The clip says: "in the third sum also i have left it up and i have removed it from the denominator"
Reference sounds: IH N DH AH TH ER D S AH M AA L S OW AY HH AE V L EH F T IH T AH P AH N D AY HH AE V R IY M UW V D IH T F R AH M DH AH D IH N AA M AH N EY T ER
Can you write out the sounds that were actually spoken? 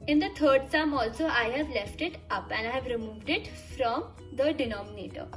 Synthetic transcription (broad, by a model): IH N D AH T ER D S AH M AA L S OW AY HH AE V L EH F T IH T AH P AH N D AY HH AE V R IY M UW V D IH T F R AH M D AH D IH N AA M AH N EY T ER